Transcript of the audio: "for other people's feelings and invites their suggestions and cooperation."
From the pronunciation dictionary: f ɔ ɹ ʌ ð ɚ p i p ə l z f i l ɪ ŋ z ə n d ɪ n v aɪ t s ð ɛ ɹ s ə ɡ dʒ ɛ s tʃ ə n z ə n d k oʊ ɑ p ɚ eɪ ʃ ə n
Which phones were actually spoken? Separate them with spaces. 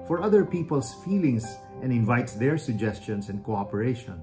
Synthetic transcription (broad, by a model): f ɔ ɹ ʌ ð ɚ p i p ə l s f i l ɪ ŋ s ə n d ɪ n v aɪ t s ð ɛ ɹ s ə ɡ dʒ ɛ s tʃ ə n s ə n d k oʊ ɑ p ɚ eɪ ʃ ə n